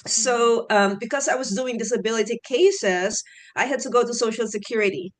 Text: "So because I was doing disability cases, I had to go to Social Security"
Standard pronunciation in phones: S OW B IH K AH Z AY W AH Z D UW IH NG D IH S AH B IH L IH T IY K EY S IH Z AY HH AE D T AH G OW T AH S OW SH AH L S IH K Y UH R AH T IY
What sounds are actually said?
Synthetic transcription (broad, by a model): S OW B IH K AH Z AY W AH Z D UW IH NG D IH S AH B IH L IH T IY K EY S IH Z AY HH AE D T AH G OW T AH S OW SH L S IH K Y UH R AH T IY